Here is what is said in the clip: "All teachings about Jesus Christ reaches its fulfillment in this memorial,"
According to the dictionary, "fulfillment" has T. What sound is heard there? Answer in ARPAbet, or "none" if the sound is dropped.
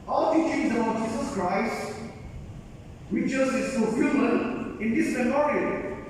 none